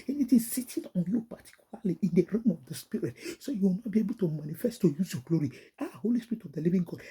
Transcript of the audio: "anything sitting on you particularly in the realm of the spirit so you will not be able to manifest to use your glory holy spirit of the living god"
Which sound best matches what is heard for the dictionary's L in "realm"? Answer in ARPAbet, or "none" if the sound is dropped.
none